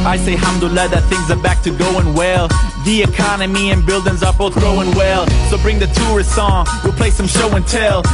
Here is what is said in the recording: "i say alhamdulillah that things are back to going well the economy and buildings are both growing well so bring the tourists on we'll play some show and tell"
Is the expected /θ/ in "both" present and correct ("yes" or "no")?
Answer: yes